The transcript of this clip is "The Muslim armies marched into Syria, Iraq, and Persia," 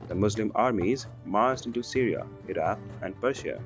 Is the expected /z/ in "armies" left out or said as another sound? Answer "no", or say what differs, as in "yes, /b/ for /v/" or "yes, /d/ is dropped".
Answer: no